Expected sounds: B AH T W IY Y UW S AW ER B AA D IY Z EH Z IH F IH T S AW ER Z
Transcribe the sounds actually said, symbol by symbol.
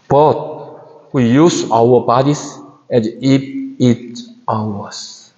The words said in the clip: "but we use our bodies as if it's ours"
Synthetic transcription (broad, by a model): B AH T W IY Y UW S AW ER B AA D IY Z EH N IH P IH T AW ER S